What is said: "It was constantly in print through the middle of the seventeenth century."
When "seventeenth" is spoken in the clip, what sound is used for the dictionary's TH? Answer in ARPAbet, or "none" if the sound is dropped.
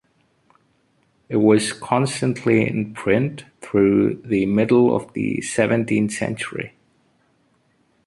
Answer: TH